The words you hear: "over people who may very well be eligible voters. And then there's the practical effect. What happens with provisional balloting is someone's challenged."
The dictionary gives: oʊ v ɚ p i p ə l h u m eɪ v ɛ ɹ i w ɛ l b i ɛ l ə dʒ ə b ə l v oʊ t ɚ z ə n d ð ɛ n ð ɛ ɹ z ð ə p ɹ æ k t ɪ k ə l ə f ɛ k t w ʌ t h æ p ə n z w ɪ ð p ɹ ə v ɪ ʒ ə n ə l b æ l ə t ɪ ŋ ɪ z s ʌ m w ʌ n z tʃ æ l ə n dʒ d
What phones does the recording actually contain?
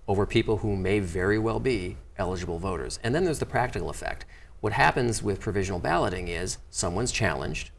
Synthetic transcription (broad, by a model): oʊ v ɚ p i p l h u m eɪ v ɛ ɹ i w ɛ l b i ɛ l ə dʒ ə b l v oʊ t ɚ z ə n ð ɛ n ð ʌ ɹ z ð ə p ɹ æ k t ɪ k l ə f ɛ k t w ʌ t h æ p ə n z w ɪ ð p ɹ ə v ɪ ʒ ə n l b æ l ə t ɪ ŋ ɪ z s ʌ m w ʌ n z tʃ æ l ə n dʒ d